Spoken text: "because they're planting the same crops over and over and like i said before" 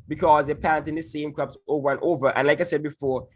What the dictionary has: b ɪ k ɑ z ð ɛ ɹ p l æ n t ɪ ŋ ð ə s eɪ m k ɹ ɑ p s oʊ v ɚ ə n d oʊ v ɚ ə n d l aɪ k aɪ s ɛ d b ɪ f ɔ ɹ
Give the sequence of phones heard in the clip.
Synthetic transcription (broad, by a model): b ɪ k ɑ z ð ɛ p æ n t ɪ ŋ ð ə s eɪ m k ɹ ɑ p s oʊ v ɚ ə n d oʊ v ɚ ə n l aɪ k aɪ s ɛ d b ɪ f ɔ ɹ